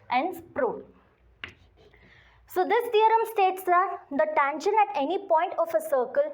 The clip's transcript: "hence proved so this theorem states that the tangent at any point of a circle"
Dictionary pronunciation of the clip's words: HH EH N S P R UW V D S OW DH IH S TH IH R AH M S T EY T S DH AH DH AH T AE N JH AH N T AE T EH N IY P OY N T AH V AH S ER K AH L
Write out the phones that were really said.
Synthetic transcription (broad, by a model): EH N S P R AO D S OW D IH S T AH R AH M S T EY T S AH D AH T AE N SH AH N AE T EH N IY P OY N T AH F AH S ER K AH L